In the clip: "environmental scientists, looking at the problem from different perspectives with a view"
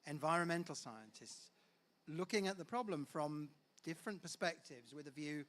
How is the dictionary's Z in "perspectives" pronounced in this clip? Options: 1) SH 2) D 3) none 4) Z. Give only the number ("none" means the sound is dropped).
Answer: 4